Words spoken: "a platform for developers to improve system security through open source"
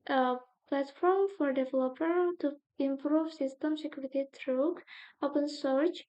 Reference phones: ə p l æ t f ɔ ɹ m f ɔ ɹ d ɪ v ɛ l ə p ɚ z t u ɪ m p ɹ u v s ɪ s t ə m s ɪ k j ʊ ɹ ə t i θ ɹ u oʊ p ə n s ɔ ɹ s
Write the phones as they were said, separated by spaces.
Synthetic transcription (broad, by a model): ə p l æ t f ɔ ɹ m f ɔ ɹ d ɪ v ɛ l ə p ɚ t u ɪ m p ɹ u v s ɪ s t ə m s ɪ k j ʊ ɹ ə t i t ɹ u oʊ p ə n s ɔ ɹ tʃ